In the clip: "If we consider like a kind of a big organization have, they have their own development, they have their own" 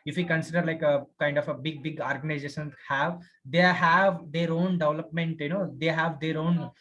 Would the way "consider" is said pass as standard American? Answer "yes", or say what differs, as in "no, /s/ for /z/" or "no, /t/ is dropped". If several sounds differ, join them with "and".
yes